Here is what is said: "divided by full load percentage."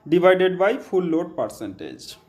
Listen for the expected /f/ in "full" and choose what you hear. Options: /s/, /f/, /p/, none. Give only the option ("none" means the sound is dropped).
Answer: /p/